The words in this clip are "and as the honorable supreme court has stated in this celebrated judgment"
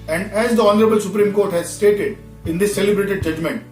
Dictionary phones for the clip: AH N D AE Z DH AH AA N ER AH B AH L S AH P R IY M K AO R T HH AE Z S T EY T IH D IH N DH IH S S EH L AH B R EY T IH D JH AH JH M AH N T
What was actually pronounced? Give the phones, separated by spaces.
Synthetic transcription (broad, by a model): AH N D AE Z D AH AA N ER AH B AH L S AH P R IY M K AO R T HH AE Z S T EY T IH D IH N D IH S S EH L AH B R EY T IH D JH AH JH M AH N T